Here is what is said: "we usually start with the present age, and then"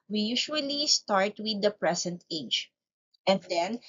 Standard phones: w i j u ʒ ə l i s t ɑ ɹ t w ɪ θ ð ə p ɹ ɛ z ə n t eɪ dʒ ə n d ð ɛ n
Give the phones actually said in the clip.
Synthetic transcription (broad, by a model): w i j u ʃ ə l i s t ɑ ɹ t w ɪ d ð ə p ɹ ɛ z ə n t eɪ dʒ ə n d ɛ n